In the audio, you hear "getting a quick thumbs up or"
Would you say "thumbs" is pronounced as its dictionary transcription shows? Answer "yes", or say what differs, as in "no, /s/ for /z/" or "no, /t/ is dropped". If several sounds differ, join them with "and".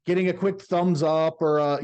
yes